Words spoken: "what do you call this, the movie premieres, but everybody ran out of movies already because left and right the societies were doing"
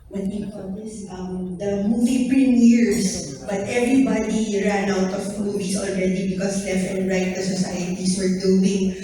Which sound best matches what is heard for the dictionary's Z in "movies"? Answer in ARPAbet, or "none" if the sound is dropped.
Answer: S